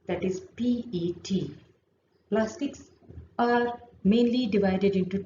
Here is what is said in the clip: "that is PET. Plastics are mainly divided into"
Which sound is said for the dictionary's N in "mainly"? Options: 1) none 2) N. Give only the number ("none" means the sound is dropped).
2